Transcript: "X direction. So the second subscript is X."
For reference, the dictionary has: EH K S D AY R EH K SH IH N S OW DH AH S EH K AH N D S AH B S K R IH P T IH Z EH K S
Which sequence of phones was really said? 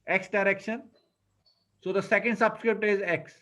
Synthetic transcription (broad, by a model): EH K S D AY R EH K SH IH N S OW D AH S EH K AH N D S AH B S K R IH P T IH Z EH K S